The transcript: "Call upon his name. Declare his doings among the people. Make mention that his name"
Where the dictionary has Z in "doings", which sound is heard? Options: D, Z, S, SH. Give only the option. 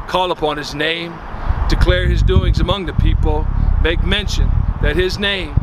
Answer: Z